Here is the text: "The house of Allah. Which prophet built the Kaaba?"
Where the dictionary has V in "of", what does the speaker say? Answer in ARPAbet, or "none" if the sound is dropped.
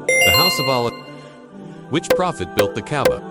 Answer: V